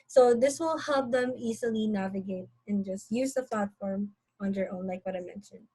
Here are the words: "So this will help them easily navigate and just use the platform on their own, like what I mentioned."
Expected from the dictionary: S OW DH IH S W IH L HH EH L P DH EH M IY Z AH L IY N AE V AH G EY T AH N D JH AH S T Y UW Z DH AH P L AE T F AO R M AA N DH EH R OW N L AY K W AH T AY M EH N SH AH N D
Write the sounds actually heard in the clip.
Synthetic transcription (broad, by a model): S OW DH IH S W IH L HH EH L P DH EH M IY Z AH L IY N AE V AH G EY T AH N JH AH S T Y UW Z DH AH P L AE T F AO R M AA N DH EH R OW N L AY K W AH T AY M EH N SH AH N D